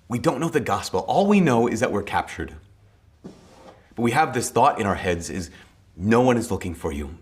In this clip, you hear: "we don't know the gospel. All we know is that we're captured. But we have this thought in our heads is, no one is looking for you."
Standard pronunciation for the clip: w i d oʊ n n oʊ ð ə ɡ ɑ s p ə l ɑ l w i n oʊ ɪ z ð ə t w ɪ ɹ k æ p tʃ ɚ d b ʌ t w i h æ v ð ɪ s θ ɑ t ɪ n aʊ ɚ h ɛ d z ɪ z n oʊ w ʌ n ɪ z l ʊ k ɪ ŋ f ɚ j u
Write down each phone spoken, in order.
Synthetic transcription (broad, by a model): w i d oʊ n n oʊ ð ə ɡ ɑ s p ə l ɑ l w i n oʊ ɪ z ð ə t w ɪ ɹ k æ p tʃ ɚ d b ʌ t w i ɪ v ð ɪ s θ ɑ t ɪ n aʊ ɚ h ɛ d z ɪ z n oʊ w ʌ n ɪ z l ʊ k ɪ ŋ f ɚ j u